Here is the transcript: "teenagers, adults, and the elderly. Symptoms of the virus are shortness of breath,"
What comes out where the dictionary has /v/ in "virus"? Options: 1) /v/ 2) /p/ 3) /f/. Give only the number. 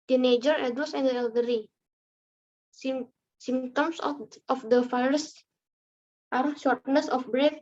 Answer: 3